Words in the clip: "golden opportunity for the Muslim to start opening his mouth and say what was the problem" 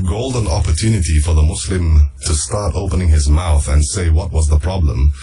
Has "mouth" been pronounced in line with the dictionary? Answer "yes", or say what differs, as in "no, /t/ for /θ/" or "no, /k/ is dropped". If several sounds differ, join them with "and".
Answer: yes